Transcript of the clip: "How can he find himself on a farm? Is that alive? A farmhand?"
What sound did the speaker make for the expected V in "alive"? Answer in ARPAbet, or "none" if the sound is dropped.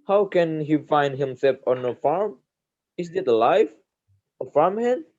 F